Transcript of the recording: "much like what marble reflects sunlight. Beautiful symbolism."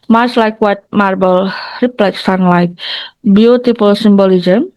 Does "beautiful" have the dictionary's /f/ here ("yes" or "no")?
no